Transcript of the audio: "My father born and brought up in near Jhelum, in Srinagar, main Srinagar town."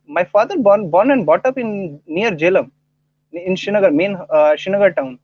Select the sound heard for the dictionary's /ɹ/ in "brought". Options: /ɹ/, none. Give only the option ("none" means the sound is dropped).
none